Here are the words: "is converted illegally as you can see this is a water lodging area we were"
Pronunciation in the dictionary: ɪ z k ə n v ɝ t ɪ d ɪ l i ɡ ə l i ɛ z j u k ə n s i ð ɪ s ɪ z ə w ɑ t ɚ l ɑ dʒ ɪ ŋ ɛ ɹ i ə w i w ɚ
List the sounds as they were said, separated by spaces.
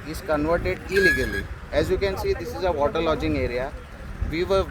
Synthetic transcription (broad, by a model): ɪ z k ə n v ɝ t ɪ d ɪ l i ɡ ə l i ɛ z j u k ə n s i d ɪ s ɪ z ə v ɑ t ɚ l ɑ dʒ ɪ ŋ ɛ ɹ i ə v i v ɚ